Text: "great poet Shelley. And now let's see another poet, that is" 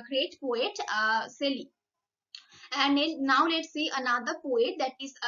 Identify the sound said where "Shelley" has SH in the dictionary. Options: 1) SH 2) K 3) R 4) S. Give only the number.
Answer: 4